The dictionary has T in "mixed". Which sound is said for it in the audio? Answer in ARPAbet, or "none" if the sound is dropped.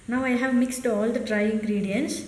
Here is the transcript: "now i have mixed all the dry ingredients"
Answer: T